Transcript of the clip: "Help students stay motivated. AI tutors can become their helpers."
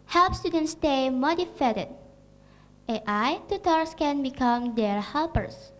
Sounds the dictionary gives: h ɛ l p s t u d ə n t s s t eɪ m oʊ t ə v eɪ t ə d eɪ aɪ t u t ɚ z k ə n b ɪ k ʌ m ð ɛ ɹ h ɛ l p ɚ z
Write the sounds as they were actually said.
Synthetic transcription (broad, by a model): h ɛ l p s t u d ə n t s s t eɪ m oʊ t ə f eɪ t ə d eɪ aɪ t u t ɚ s k ə n b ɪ k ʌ m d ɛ ɹ h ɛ l p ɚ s